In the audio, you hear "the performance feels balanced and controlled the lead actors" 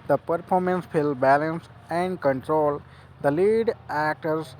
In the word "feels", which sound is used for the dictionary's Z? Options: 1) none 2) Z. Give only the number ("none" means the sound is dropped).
1